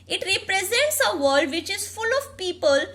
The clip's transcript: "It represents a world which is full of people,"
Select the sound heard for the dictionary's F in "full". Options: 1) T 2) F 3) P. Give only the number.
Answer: 2